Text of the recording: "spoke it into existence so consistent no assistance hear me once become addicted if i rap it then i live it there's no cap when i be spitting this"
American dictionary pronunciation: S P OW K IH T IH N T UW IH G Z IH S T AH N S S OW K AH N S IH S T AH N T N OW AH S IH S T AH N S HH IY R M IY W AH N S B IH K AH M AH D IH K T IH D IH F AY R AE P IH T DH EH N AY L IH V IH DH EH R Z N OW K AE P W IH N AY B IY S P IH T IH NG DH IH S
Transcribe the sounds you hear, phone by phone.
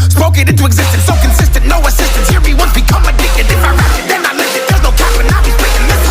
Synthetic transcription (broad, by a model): S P OW K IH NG IH N T UW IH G Z IH S T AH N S S OW K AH N S IH S T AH N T N OW AH S IH S T AH N S HH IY R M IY W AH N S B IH K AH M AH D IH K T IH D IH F AY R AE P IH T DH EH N AY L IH IH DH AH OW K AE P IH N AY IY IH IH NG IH